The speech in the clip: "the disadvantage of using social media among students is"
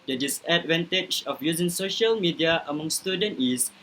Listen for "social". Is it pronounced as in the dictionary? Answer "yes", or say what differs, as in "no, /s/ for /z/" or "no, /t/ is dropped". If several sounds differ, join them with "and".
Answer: yes